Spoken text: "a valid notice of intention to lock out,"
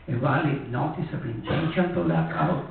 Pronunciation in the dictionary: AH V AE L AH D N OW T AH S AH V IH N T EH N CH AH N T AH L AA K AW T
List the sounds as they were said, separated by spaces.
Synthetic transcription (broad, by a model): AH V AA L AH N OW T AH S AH P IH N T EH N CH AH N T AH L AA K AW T